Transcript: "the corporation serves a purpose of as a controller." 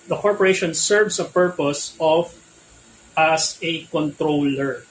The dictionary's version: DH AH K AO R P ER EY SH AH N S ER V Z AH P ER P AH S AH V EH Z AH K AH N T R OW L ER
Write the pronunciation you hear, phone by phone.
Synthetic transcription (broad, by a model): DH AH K AO R P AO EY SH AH N S ER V S AH P ER P AH S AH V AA S AH K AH N T R OW L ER